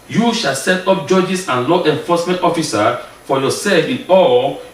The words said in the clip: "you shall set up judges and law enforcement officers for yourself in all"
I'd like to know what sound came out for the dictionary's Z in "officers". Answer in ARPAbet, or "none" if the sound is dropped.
none